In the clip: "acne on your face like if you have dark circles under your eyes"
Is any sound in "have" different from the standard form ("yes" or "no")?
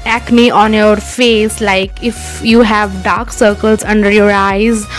no